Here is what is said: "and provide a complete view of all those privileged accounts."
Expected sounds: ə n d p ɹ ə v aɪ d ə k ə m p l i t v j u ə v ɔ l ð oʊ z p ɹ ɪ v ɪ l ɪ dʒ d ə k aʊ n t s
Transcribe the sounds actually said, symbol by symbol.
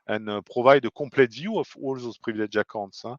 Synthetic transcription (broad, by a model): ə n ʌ p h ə v aɪ d ə k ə p l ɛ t v j u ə f ɔ l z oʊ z p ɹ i v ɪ l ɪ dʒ ə k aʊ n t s